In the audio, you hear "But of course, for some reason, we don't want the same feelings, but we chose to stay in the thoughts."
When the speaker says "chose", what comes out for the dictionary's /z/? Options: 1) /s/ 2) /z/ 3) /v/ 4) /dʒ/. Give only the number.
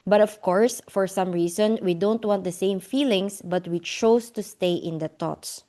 1